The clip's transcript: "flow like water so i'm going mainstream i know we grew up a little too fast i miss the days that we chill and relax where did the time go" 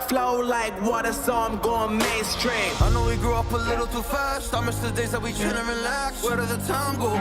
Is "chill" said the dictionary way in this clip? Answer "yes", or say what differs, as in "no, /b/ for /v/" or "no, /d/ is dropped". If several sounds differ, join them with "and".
no, /n/ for /l/